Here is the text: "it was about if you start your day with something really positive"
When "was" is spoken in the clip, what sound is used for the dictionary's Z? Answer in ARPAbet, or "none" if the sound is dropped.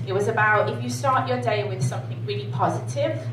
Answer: Z